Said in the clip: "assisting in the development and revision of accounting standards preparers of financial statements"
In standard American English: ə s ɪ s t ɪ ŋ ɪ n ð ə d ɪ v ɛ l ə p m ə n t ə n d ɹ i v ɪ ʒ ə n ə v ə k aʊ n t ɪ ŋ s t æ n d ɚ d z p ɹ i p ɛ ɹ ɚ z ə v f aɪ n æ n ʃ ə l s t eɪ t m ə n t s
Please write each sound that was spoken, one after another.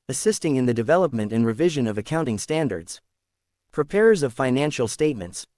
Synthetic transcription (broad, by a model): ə s ɪ s t ɪ ŋ ɪ n ð ə d ɪ v ɛ l ə p m ə n t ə n ɹ i v ɪ ʒ ə n ə v ə k aʊ n t ɪ ŋ s t æ n d ɚ d z p ɹ i p ɛ ɹ ɚ z ə v f aɪ n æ n ʃ l s t eɪ t m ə n t s